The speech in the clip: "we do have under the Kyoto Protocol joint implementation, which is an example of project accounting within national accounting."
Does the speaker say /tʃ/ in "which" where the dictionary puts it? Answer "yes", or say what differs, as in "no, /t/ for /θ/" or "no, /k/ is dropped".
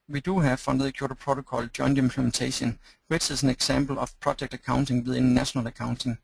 no, /s/ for /tʃ/